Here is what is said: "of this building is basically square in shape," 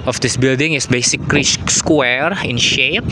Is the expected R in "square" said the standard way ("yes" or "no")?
yes